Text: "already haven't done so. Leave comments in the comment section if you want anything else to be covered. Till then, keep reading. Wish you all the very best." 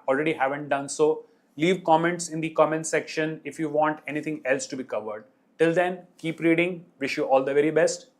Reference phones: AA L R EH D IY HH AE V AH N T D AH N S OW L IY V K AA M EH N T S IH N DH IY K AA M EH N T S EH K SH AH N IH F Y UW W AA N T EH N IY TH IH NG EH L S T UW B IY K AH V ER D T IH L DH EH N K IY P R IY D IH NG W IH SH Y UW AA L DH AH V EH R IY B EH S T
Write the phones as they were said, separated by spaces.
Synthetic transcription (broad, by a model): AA L R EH D IY HH AE V AH N T D AH N S OW L IY V K AA M EH N T S IH N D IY K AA M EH N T S EH K SH AH N IH F Y UW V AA N T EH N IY T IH NG EH L S T UW B IY K AH V ER D T IH L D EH N K IY P R IY D IH NG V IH SH Y UW AA L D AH V EH R IY B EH S T